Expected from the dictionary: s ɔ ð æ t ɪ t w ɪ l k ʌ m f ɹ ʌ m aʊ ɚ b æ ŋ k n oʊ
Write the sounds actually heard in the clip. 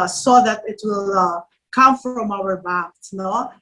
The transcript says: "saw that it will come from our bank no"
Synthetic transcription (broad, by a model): s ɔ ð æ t ɪ t w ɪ l k ʌ m f ɹ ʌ m aʊ ɚ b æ k n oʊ